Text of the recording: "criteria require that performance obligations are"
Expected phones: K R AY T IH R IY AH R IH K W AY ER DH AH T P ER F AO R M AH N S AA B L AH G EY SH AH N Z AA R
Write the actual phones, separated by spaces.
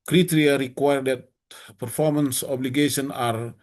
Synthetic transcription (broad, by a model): K R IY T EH R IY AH R IH K W AY ER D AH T P ER F AO R M AH N S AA B L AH G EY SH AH N AA R